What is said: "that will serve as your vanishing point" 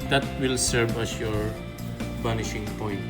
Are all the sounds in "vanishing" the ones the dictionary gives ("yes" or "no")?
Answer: no